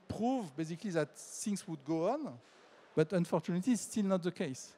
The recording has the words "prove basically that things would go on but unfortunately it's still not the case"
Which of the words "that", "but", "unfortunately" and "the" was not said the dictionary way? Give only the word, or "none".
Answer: unfortunately